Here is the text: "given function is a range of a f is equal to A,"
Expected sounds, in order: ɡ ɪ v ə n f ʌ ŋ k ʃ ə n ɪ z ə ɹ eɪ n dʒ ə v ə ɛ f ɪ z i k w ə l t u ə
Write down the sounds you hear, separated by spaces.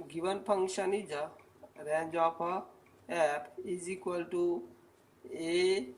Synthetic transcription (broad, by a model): ɡ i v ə n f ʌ ŋ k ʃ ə n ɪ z ə ɹ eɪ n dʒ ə p ə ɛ p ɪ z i k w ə l t u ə